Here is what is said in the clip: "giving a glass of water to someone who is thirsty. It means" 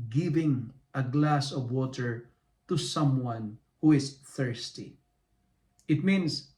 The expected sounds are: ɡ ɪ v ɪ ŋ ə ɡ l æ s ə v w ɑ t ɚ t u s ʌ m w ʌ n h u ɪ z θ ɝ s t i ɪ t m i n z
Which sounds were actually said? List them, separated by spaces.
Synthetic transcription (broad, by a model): ɡ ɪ v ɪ ŋ ə ɡ l æ s ə v w ɑ t ɚ t u s ʌ m w ʌ n h u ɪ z θ ɝ s t i ɪ t m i n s